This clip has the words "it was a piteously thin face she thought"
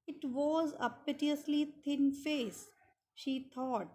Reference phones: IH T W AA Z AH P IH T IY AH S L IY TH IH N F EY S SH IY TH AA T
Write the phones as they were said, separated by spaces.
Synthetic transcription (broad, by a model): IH T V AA Z AH P IH T IY AH S L IY T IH N F EY S SH IY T AA T